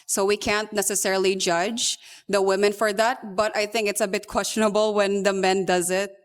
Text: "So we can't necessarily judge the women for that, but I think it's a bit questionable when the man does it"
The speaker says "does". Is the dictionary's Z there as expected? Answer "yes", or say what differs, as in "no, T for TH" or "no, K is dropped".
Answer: yes